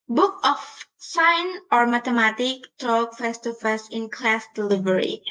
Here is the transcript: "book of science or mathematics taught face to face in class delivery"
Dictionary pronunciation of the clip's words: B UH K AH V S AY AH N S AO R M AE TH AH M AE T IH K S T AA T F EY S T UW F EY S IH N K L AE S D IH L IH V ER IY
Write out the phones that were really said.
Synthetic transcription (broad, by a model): B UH K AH F S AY N AO R M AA T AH M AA T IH K T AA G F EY S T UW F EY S IH N K L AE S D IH L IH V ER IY